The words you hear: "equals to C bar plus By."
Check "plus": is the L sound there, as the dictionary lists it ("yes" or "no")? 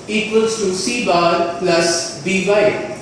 yes